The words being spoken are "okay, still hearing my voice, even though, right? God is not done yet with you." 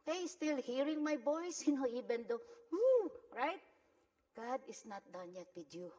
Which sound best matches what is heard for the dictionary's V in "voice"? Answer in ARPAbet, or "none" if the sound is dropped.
B